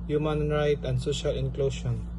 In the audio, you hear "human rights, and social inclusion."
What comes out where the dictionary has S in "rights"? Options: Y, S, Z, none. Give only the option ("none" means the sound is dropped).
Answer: none